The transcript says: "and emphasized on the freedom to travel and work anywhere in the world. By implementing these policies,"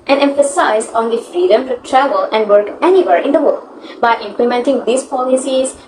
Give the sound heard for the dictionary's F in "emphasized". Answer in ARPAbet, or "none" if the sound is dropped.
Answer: F